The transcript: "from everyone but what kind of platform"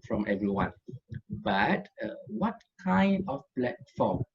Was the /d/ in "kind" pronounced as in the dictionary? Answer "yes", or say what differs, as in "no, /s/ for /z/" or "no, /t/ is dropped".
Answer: yes